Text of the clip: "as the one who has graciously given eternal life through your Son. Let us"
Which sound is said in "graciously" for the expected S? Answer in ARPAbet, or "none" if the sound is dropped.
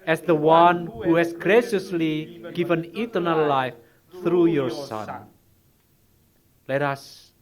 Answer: S